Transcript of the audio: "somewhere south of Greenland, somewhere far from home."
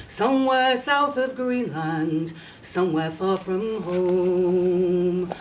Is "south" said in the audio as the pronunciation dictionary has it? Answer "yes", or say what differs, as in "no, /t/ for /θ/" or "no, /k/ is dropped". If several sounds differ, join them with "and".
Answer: yes